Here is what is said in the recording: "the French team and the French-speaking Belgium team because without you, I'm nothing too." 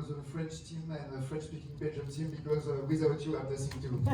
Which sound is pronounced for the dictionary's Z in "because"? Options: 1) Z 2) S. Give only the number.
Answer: 1